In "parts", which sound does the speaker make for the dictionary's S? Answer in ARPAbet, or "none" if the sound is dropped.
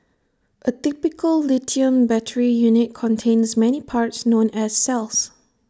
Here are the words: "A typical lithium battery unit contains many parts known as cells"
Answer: S